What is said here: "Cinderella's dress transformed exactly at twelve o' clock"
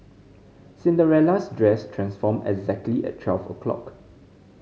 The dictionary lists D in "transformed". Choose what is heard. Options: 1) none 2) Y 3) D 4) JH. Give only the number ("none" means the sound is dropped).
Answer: 1